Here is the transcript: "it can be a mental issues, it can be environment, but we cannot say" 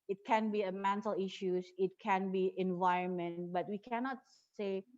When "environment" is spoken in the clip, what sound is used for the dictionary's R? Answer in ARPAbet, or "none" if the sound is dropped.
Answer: R